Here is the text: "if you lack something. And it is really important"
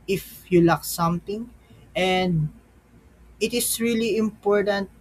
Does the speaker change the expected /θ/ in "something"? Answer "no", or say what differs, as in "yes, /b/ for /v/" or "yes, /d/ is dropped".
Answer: yes, /t/ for /θ/